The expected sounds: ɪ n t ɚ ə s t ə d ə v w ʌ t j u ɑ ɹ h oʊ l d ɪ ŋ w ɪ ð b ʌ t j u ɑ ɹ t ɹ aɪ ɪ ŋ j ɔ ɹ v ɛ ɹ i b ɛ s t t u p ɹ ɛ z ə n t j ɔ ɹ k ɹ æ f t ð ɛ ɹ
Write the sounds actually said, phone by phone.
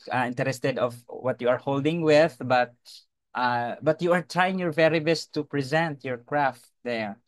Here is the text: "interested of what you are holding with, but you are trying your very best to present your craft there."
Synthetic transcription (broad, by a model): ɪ n t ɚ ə s t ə d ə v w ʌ t j u ɑ ɹ h oʊ l d ɪ ŋ w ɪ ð b ʌ t j u ɑ ɹ t ɹ aɪ ɪ ŋ j ɔ ɹ v ɛ ɹ i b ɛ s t t u p ɹ ɛ z ə n t j ɔ ɹ k ɹ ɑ f t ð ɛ ɹ